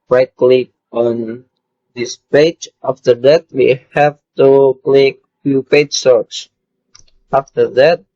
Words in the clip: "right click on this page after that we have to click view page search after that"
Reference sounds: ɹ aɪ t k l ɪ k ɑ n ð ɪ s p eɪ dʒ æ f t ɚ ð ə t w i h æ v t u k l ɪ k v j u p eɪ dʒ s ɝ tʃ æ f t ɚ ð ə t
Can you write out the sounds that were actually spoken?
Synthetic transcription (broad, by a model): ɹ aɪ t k l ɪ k ɑ n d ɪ s p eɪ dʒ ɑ f t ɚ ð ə t w i h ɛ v t u k l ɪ k f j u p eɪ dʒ s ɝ s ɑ f t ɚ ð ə t